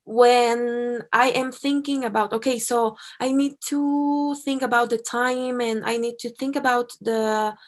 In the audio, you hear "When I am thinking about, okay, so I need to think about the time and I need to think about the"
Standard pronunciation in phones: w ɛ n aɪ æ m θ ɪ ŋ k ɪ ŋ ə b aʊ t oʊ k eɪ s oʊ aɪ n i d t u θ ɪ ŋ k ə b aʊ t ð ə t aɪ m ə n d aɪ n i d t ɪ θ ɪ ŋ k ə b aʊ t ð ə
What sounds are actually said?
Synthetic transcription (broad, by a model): w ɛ n aɪ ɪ m θ ɪ ŋ k ɪ ŋ ə b aʊ t oʊ k eɪ s oʊ aɪ n i d t u θ ɪ ŋ k ə b aʊ t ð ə t aɪ m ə n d aɪ n i d t ɪ θ ɪ ŋ k ə b aʊ t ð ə